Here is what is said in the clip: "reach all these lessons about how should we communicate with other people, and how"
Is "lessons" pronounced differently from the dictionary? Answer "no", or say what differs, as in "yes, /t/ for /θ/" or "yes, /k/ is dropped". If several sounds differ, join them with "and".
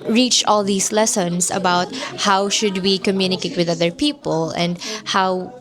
yes, /s/ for /z/